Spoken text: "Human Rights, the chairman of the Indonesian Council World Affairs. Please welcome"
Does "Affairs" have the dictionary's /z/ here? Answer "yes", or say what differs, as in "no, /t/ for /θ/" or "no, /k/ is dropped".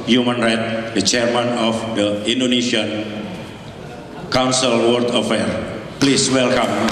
no, /z/ is dropped